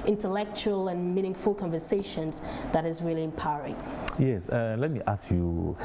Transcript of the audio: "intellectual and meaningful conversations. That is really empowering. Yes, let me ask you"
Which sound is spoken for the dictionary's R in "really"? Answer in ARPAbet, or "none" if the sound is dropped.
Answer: R